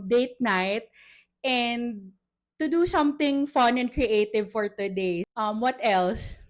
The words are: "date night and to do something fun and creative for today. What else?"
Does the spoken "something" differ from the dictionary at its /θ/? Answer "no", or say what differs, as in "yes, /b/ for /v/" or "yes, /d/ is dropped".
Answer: yes, /t/ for /θ/